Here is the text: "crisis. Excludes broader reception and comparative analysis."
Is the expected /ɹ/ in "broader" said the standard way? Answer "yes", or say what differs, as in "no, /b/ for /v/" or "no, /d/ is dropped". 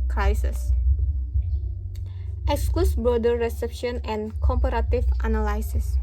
no, /ɹ/ is dropped